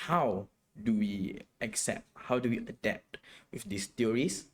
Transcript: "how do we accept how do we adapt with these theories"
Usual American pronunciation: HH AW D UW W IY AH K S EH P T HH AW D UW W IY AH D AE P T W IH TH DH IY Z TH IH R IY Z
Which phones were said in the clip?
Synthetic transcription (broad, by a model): HH AW D UW W IY AH K S EH P T HH AW D UW W IY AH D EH P T W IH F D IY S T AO R IY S